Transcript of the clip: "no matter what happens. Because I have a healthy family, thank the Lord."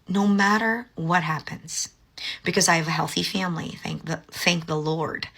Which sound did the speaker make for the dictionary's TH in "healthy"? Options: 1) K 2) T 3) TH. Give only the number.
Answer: 3